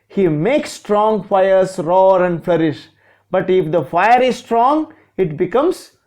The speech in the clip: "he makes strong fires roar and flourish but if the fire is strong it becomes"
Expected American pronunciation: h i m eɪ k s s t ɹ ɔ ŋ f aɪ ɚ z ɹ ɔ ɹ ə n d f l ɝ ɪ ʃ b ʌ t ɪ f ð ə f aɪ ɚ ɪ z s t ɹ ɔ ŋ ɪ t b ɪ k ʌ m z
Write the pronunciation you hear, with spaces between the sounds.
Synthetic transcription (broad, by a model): h i m eɪ k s s t ɹ ɔ ŋ f aɪ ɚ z ɹ ɔ ɹ ə n d f l ɝ ɪ ʃ b ʌ t ɪ f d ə f aɪ ɚ ɪ z s t ɹ ɔ ŋ ɪ t b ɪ k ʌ m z